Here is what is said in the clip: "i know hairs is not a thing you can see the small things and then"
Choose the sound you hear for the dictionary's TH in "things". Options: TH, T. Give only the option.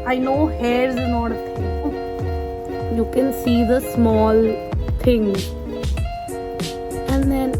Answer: T